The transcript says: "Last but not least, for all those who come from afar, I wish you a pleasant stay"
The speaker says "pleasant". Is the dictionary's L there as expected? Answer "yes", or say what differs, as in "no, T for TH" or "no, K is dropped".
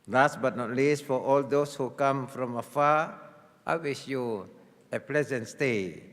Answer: yes